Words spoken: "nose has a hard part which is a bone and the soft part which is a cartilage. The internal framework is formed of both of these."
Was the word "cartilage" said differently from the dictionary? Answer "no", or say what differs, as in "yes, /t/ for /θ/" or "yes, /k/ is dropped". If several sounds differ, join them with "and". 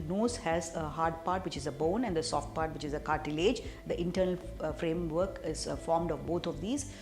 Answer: no